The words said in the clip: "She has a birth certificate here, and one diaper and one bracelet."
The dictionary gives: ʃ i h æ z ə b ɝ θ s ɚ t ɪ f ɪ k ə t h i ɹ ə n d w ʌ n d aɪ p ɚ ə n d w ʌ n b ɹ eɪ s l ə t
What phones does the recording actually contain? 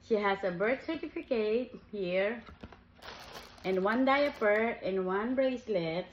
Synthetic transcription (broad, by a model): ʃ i h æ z ə b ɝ t s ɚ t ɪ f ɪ k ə t h i ɹ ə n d w ʌ n d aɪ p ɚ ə n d w ʌ n b ɹ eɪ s l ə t